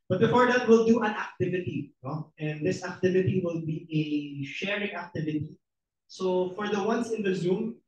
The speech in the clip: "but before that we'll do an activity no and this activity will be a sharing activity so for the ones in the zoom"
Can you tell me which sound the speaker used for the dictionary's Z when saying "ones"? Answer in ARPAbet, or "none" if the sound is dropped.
S